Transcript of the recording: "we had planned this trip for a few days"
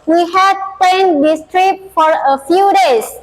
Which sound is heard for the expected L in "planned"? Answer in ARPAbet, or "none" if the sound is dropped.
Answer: none